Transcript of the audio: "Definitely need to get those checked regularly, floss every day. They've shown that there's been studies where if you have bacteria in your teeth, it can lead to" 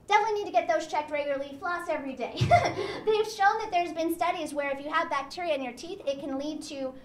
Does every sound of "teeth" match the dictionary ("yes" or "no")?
yes